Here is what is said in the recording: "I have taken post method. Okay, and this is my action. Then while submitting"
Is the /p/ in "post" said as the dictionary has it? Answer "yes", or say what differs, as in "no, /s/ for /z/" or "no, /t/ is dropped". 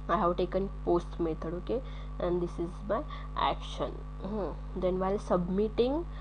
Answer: yes